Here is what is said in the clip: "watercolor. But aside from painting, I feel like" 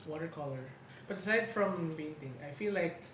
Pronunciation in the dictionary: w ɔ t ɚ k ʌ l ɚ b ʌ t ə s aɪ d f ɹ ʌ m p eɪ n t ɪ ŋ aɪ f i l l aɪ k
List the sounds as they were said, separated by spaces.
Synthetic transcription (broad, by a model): w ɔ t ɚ k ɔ l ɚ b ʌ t ə s aɪ d f ɹ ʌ m b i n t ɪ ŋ aɪ f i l l aɪ k